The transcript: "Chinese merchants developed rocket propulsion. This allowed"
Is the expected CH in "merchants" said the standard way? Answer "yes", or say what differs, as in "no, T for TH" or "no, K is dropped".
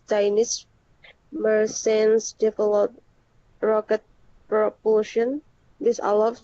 no, S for CH